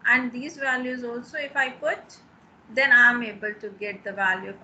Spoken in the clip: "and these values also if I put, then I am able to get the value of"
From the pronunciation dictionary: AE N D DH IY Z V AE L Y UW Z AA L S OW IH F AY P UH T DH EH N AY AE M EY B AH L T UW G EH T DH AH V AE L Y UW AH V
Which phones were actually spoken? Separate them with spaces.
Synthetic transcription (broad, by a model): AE N D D IY Z V AE L Y UW Z AA L S OW IH F AY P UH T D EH N AY M EY B AH L T UW G EH T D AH V AE L Y UW